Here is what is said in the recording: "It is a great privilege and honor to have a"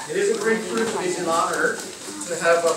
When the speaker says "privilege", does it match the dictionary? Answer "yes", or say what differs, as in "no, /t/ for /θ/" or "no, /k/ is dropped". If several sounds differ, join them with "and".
no, /l/ is dropped and /z/ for /dʒ/